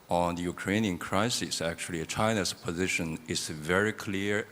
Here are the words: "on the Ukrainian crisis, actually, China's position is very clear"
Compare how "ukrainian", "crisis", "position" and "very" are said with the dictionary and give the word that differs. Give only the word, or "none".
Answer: none